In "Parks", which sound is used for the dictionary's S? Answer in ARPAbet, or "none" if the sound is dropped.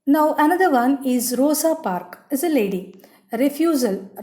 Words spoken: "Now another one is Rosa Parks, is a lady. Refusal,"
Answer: none